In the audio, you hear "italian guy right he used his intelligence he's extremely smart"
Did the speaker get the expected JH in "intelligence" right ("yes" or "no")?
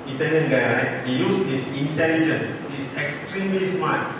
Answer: yes